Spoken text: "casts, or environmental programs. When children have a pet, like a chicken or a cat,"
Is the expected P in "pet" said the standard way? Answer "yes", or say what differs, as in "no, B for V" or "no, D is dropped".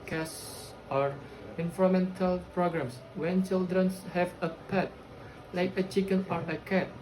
yes